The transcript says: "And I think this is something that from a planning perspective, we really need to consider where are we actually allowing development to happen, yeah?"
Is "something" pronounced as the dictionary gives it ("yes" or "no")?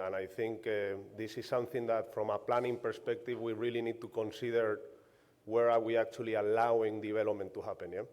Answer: yes